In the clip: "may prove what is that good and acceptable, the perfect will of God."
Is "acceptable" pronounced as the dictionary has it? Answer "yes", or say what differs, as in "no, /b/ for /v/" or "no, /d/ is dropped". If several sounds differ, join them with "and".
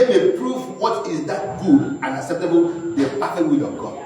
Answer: yes